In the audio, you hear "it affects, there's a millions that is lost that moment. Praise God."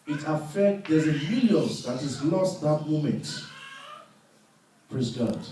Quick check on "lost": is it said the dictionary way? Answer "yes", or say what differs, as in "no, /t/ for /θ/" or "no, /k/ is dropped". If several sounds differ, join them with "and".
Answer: yes